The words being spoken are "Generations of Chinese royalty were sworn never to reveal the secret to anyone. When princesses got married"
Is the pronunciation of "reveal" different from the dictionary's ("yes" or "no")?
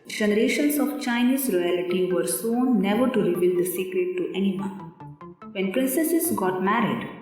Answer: yes